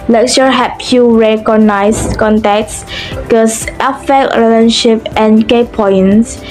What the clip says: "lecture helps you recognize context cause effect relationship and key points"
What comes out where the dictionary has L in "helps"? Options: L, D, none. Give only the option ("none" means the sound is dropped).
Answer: none